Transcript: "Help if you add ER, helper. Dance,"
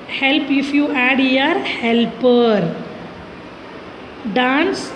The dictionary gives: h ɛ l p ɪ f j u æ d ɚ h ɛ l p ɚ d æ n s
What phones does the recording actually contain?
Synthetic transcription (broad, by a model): h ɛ l p ɪ f j u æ d ɚ h ɛ l p ɚ d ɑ n s